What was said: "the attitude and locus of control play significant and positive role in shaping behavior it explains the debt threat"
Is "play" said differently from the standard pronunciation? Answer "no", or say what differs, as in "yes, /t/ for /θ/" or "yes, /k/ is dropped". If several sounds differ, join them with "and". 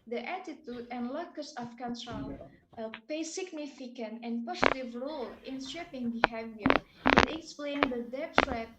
yes, /l/ is dropped